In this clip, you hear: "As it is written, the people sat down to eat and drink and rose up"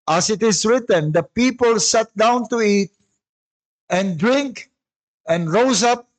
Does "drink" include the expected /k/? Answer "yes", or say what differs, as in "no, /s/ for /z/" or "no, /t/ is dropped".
yes